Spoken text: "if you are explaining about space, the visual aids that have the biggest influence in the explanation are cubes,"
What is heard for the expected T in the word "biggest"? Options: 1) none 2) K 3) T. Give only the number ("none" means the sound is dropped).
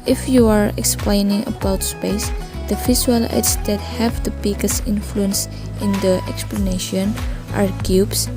1